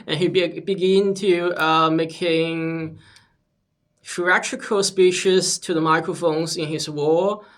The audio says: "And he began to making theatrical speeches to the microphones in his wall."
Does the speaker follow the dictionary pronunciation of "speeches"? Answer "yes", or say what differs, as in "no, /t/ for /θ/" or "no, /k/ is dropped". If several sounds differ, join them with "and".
no, /ʃ/ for /tʃ/